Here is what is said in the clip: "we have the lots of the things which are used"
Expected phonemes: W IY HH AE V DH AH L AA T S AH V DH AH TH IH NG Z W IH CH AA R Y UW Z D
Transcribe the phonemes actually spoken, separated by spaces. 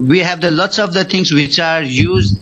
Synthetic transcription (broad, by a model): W IY HH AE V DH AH L AA T S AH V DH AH T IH NG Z W IH CH AA R Y UW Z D